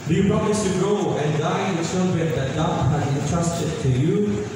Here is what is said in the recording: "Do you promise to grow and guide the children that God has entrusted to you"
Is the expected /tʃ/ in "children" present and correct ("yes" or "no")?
no